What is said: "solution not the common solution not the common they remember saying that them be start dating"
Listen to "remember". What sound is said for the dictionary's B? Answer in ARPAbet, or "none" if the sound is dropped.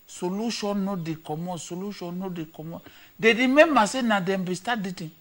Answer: none